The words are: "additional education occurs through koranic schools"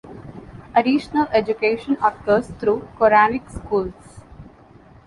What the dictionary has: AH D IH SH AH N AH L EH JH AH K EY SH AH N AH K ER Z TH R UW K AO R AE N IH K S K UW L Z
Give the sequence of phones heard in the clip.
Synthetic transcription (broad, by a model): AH D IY SH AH N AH L EH JH AH K EY SH AH N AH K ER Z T R UW K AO R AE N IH K S K UW L S